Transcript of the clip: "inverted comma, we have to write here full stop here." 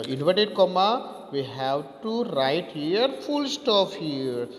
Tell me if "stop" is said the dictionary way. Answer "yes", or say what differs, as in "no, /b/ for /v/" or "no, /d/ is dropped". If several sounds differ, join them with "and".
no, /f/ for /p/